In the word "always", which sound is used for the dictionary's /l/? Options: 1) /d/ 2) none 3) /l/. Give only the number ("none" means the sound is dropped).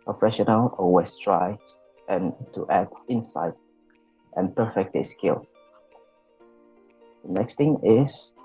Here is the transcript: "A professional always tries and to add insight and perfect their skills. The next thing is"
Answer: 2